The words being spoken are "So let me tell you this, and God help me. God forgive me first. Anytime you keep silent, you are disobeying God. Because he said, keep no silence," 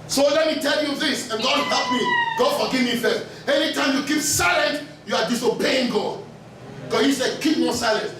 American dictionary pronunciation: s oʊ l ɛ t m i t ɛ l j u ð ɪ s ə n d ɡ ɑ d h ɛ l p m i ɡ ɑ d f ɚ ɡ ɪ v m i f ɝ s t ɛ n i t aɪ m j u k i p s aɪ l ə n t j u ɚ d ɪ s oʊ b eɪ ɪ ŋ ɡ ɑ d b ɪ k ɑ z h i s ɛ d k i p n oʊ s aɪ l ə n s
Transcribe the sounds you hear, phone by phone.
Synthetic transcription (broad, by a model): s oʊ l ɛ t m i t ɛ l j u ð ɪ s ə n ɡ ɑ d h ɛ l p m i ɡ ɑ d f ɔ ɡ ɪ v m i f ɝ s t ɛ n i t aɪ m j u k i p s aɪ l ə n t j u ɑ d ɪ s oʊ b eɪ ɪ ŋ ɡ ɑ d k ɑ h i s ɛ d k i p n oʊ s aɪ l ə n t